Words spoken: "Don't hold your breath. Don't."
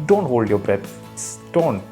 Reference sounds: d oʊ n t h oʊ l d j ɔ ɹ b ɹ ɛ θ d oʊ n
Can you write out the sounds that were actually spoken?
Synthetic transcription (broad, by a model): d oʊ n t h oʊ l d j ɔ b ɹ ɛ s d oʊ n